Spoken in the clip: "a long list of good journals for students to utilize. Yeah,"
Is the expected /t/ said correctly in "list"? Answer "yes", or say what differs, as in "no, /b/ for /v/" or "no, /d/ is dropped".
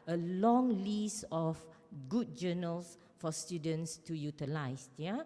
no, /t/ is dropped